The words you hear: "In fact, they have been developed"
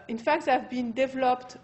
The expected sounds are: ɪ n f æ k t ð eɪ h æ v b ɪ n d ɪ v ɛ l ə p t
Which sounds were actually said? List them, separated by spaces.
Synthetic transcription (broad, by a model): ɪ n f æ k t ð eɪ v b ɪ n d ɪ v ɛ l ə p t